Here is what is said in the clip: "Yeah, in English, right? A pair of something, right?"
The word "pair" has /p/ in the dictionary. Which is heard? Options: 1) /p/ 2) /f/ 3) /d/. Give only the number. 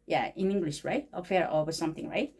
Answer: 2